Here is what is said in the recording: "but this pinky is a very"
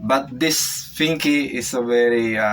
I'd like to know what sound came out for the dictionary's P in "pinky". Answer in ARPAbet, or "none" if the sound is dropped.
F